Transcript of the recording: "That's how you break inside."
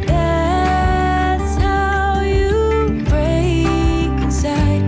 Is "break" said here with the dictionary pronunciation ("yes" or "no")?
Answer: no